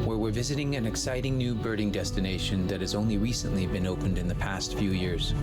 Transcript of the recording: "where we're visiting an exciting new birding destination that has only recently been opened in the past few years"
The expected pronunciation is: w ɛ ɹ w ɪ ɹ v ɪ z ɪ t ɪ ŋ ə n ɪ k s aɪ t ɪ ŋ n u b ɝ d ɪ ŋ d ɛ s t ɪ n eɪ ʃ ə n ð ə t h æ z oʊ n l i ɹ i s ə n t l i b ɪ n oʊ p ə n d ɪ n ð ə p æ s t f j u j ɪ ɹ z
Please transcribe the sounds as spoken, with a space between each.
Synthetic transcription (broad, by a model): w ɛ ɹ w ɪ ɹ v ɪ z ɪ t ɪ ŋ ə n ɪ k s aɪ t ɪ ŋ n u b ɝ d ɪ ŋ d ɛ s t ɪ n eɪ ʃ ə n ð ə t h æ z oʊ n l i ɹ i s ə n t l i b ɪ n oʊ p ə n d ɪ n ð ə p æ s t f j u j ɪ ɹ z